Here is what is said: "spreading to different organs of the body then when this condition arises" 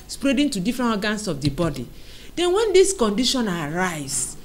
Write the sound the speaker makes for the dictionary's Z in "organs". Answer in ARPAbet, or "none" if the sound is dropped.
S